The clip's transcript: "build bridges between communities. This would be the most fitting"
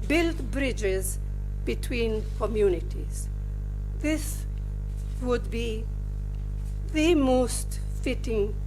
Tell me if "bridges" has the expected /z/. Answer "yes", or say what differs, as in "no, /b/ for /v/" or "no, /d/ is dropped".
yes